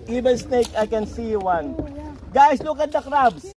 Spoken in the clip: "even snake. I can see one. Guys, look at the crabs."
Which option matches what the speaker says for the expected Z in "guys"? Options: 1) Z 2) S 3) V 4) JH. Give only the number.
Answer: 2